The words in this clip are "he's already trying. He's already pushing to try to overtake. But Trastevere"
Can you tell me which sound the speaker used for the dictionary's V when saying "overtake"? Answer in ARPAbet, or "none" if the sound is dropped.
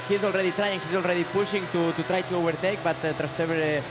B